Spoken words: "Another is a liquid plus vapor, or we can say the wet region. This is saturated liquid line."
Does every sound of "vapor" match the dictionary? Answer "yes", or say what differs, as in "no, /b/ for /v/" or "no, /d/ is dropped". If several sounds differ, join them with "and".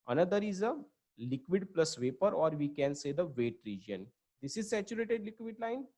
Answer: yes